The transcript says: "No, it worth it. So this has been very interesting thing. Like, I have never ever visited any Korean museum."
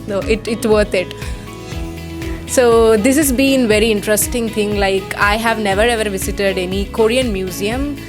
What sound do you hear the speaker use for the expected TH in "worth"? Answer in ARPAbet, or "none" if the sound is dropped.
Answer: T